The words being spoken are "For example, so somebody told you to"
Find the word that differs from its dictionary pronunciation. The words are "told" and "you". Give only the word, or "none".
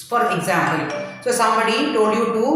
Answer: told